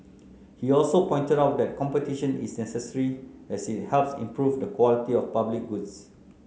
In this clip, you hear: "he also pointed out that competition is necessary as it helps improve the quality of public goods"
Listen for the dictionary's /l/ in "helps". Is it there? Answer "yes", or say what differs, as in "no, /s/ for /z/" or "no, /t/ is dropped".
yes